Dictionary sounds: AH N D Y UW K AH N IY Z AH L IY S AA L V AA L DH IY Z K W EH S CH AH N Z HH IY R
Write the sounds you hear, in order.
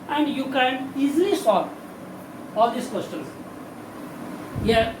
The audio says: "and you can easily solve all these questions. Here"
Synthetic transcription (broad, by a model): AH N D Y UW K AH N IY Z AH L IY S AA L AA L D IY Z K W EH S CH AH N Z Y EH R